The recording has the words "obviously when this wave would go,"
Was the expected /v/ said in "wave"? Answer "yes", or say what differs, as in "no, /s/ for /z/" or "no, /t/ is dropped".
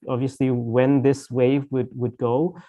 yes